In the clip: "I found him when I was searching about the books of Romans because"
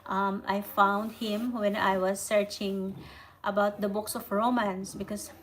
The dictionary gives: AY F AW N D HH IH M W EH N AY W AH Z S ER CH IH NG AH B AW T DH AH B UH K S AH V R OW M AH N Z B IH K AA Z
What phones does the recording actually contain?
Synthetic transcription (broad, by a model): AY F AW N D HH IH M W EH N AY W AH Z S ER CH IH NG AH B AW T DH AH B UH K S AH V R OW M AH N S B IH K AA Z